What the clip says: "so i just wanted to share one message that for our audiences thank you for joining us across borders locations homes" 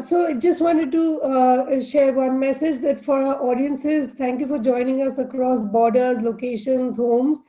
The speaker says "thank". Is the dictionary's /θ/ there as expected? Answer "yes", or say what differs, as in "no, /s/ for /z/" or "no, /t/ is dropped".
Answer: no, /t/ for /θ/